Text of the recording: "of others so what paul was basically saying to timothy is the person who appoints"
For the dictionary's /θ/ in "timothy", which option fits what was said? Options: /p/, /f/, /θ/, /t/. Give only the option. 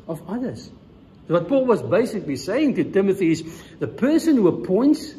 /θ/